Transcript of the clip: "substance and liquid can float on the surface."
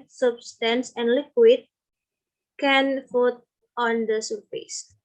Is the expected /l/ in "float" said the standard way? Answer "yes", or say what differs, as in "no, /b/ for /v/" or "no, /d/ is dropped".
no, /l/ is dropped